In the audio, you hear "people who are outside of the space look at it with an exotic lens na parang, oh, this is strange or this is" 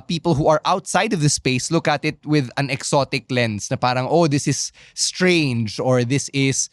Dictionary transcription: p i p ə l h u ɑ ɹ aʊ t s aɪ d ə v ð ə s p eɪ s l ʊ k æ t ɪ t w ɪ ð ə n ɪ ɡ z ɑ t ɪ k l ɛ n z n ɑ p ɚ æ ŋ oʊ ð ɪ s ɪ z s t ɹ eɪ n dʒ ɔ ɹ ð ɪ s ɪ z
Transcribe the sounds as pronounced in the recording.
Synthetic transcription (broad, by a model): p i p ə l h u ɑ ɹ aʊ t s aɪ d ə v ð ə s p eɪ s l ʊ k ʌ t ɪ t w ɪ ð ə n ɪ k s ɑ t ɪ k l ɛ n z n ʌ p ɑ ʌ ŋ oʊ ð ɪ s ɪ s t ɹ eɪ n dʒ ɔ ɹ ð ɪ s ɪ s